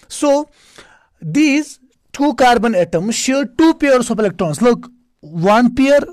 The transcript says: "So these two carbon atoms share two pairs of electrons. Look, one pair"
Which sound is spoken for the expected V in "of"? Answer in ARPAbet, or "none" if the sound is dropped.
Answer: P